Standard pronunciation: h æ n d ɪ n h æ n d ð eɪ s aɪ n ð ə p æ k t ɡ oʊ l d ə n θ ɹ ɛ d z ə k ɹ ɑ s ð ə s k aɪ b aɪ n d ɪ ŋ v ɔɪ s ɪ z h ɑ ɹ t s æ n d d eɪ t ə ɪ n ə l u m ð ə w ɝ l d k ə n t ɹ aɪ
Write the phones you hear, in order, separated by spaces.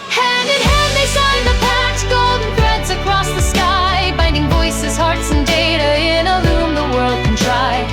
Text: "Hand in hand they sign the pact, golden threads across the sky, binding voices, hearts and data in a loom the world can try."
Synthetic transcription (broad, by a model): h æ n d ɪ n h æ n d ð eɪ s aɪ n ð ə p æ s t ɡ oʊ l d n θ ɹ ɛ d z ə k ɹ ɑ s ð ə s k aɪ b aɪ n d ɪ ŋ v ɔɪ s ɪ z h ɑ ɹ t s n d d eɪ t ə ɪ n ə l u m ð ə w ɝ l d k n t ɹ aɪ